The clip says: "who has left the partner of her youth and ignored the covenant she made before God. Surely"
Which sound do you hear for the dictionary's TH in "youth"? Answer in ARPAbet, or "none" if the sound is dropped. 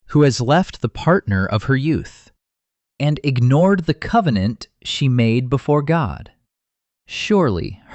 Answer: TH